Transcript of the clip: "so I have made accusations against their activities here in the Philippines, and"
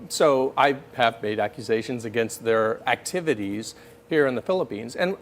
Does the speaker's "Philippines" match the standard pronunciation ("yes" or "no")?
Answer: yes